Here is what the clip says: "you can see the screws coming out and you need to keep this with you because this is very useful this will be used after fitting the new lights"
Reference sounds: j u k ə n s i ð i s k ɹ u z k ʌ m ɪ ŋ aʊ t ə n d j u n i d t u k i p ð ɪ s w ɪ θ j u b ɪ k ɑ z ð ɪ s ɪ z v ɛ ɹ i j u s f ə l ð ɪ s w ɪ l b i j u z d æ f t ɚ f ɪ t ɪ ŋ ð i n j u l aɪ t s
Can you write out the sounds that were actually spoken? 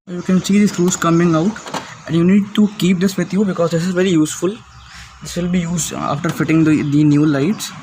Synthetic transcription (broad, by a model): j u k ə n s i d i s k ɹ u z k ʌ m ɪ ŋ aʊ t ə n d j u n i d t u k i p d ɪ s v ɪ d j u b ɪ k ɑ z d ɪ s ɪ z v ɛ ɹ i j u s f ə l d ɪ s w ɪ l b i j u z ɑ f t ɚ f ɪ t ɪ ŋ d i n j u l aɪ t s